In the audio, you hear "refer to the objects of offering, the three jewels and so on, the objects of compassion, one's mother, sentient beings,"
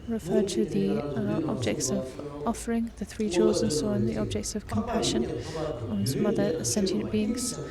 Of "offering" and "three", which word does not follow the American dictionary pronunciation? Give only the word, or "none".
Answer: none